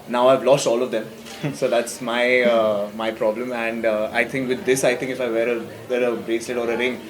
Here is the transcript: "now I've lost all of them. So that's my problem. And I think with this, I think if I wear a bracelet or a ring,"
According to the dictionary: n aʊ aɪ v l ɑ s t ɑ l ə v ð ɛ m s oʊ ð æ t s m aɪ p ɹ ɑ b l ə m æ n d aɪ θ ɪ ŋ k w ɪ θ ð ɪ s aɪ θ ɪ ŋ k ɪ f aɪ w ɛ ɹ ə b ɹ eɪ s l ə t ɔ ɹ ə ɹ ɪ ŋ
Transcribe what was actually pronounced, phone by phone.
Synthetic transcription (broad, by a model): n aʊ aɪ v l ɑ s t ɑ l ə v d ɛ m s oʊ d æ t s m aɪ p ɹ ɑ b l ə m æ n d aɪ t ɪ ŋ k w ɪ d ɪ s aɪ t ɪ ŋ k ɪ f aɪ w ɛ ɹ ə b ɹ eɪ s ə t ɔ ɹ ə ɹ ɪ ŋ